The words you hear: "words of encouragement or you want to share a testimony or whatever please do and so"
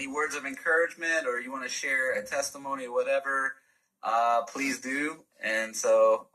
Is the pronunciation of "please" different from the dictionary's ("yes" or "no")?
no